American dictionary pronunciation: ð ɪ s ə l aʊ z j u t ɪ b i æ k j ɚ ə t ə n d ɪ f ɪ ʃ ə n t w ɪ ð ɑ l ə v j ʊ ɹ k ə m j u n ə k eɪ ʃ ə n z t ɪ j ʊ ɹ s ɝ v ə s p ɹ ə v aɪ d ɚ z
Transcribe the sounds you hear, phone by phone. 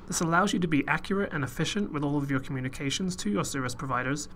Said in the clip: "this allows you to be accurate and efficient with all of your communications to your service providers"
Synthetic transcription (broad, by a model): ð ɪ s ə l aʊ z j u t ɪ b i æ k j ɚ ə t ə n ɪ f ɪ ʃ ə n t w ɪ ð ɑ l ə v j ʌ ɹ k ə m j u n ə k eɪ ʃ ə n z t ɪ j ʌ ɹ s ɝ v ə s p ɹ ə v aɪ d ɚ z